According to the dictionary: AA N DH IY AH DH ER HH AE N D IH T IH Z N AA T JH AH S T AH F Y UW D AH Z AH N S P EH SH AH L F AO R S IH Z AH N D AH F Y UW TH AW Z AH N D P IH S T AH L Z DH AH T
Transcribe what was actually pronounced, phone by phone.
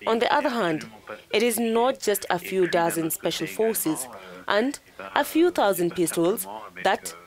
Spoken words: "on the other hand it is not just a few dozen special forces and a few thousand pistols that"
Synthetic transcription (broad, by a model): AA N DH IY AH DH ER HH AE N D IH T IH Z N AA T JH AH S T AH F Y UW D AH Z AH N S P EH SH AH L F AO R S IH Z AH N D AH F Y UW T AW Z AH N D P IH S T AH L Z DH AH T